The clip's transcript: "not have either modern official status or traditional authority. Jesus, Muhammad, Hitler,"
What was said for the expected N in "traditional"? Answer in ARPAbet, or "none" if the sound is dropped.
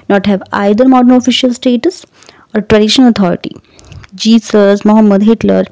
none